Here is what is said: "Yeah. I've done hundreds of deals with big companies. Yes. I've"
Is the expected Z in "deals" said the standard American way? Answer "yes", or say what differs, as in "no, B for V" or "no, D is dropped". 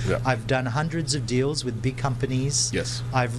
yes